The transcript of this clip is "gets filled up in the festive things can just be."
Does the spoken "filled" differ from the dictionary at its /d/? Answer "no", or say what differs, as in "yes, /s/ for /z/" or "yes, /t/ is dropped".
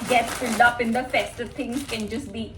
no